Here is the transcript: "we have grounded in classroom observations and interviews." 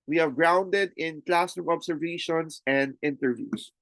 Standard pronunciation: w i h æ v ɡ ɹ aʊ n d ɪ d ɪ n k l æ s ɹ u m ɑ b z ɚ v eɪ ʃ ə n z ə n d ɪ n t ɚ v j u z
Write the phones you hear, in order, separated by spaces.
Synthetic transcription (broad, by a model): w i h æ v ɡ ɹ aʊ n d ɪ d ɪ n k l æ s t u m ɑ b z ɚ v eɪ ʃ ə n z ə n d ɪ n t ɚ v j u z